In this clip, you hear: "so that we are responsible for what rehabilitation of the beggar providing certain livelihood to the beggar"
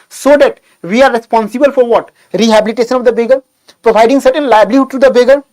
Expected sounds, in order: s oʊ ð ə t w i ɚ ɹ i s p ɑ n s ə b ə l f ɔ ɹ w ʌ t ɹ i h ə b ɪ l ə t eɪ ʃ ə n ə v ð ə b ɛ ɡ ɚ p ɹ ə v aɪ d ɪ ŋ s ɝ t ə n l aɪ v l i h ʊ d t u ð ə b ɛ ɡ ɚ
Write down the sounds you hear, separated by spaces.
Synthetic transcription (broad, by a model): s oʊ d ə t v i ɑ ɹ i s p ɑ n s ə b ə l f ɔ ɹ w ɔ t ɹ i h ə b ɪ l ə t eɪ ʃ ə n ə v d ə b ɛ ɡ ɚ p ɹ ə v aɪ d ɪ ŋ s ɝ t ə n l aɪ b l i h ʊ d t u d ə b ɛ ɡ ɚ